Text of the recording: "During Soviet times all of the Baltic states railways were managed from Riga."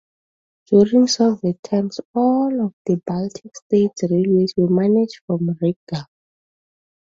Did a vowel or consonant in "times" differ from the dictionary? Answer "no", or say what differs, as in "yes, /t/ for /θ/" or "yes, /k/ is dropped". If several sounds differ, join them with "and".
yes, /s/ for /z/